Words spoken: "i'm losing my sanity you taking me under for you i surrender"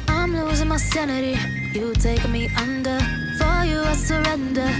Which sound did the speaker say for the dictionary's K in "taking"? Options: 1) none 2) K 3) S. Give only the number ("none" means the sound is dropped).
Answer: 1